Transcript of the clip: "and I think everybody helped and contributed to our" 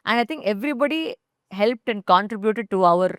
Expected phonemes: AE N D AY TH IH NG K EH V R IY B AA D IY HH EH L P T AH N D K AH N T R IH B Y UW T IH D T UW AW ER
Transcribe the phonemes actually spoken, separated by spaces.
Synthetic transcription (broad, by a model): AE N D AY T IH NG K EH V R IY B AA D IY HH EH L P T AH N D K AH N T R IH B Y UW T IH D T UW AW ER